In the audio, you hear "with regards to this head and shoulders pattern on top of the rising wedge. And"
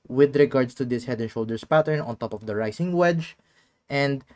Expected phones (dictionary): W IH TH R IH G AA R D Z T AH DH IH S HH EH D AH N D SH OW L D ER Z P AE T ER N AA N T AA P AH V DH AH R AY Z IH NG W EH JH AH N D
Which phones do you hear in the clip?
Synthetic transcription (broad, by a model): W IH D R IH G AA R D S T AH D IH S HH EH D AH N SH OW L D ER S P AE T ER N AA N T AA P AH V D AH R AY S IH NG W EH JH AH N D